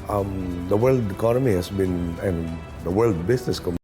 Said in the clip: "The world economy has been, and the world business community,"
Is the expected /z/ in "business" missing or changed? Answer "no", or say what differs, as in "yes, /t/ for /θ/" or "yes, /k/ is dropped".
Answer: yes, /s/ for /z/